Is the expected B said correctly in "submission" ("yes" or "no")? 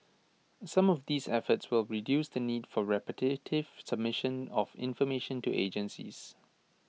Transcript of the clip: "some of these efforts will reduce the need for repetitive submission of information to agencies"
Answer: yes